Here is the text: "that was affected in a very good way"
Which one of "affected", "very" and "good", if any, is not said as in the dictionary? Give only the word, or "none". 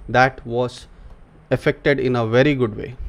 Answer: none